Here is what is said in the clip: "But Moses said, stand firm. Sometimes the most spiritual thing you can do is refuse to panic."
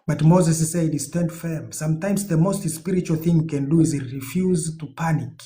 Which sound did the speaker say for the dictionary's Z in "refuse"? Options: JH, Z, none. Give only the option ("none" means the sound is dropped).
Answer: Z